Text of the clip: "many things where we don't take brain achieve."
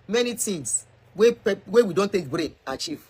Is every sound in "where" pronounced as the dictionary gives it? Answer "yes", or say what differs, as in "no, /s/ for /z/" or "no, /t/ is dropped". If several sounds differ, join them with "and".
no, /w/ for /ɹ/